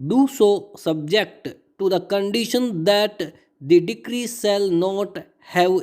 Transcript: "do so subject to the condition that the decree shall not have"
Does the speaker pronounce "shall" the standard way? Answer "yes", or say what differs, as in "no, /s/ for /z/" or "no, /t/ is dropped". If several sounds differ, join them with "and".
no, /s/ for /ʃ/